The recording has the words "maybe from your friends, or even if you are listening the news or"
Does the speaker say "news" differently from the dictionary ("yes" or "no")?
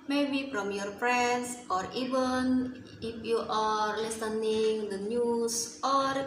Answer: yes